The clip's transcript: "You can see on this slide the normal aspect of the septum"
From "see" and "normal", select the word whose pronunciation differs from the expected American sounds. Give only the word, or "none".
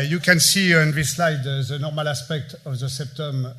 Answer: none